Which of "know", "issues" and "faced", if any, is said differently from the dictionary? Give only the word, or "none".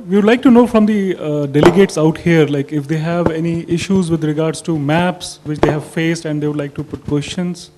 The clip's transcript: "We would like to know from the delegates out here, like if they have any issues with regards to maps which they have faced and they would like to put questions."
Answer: none